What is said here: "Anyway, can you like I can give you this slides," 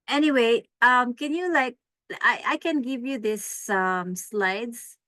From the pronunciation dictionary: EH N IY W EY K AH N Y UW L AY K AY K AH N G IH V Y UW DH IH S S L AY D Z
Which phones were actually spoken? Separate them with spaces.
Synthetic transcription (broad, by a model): EH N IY W EY K AH N Y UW L AY K AY K AH N G IH V Y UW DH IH S S L AY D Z